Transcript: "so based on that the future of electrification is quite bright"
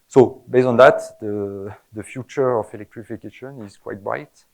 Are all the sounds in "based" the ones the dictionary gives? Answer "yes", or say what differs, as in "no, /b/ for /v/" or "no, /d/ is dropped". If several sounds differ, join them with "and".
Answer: no, /t/ is dropped